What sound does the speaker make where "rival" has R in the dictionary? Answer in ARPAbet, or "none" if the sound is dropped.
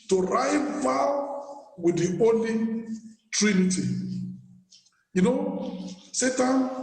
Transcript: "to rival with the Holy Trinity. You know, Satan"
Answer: R